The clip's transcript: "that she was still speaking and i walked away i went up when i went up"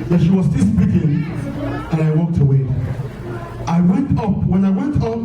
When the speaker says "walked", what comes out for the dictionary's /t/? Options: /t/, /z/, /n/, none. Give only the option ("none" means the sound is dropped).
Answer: /t/